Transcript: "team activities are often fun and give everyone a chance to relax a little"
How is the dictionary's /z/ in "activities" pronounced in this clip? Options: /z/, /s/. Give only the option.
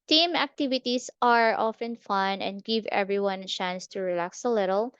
/s/